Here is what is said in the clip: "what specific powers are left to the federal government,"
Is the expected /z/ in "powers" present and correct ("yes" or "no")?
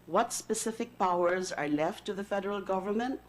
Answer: yes